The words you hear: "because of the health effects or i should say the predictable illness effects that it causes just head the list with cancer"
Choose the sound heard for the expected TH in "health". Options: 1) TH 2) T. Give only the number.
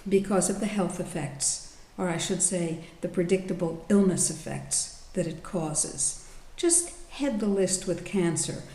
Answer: 1